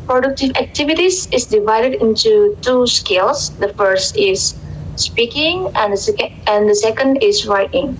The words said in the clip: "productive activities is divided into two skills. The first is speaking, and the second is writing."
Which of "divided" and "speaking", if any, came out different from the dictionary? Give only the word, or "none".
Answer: none